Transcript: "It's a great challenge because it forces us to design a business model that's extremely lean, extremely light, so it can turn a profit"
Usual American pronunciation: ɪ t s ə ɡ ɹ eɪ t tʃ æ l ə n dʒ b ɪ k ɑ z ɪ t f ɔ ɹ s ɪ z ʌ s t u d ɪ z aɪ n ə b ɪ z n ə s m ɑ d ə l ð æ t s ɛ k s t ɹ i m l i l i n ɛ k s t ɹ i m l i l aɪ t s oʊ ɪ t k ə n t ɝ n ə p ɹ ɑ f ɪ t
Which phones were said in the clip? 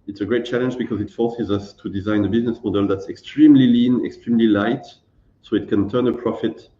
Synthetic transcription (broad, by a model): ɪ t s ə ɡ ɹ eɪ t tʃ æ l ə n dʒ b ɪ k ɑ z ɪ t f ɔ ɹ s ɪ z ʌ s t u d ɪ z aɪ n ə b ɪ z n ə s m ɑ d ə l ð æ t s ɛ k s t ɹ i m l i l i n ɛ k s t ɹ i m l i l aɪ t s oʊ ɪ t k ə n t ɝ n ə p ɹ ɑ f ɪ t